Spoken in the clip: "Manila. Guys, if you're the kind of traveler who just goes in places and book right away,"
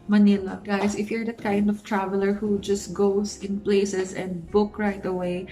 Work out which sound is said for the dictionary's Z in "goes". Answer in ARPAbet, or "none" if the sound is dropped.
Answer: S